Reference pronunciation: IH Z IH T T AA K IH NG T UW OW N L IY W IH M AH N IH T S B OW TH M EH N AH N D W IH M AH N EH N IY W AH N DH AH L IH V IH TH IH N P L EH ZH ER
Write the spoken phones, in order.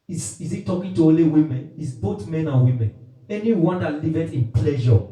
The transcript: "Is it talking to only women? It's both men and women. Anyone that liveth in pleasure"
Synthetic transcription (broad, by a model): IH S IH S T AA K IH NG T UW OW L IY W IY M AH N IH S B OW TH M EH N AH N W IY M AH N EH N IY W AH N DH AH L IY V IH T IH N P L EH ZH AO